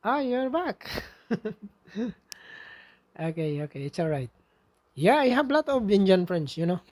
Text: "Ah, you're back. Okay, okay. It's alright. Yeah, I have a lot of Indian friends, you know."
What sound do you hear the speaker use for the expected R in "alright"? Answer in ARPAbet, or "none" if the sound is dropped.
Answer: R